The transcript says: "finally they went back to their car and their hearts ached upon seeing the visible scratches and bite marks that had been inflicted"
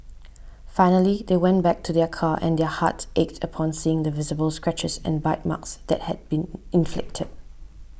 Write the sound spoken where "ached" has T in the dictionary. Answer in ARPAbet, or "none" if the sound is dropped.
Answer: T